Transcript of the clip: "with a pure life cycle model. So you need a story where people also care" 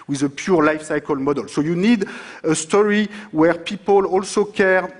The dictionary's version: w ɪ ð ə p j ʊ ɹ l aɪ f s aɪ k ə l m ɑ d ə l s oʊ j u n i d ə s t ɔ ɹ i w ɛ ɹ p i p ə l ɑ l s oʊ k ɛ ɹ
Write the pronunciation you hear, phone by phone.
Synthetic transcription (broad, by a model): w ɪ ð ə p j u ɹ l aɪ f s aɪ k ə l m ɑ d ə l s oʊ j u n i d ə s t ɔ ɹ i w ɛ ɹ p i p ə l ɑ l s oʊ k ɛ ɹ